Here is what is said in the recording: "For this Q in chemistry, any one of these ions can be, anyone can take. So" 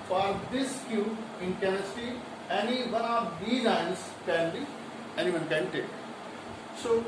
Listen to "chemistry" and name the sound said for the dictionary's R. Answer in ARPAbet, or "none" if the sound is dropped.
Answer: none